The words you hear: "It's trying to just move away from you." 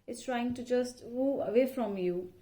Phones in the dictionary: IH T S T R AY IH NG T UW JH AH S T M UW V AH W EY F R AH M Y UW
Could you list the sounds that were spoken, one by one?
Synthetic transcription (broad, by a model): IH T S T R AY IH NG T UW JH AH S T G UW AH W EY F R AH M Y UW